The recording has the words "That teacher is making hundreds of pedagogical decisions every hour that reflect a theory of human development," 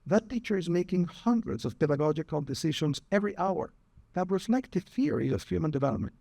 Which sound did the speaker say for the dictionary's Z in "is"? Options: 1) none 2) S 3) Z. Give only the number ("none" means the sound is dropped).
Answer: 3